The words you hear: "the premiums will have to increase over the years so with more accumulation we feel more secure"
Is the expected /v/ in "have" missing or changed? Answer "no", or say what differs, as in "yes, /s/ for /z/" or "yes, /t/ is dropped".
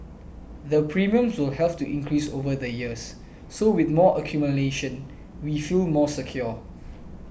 yes, /p/ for /v/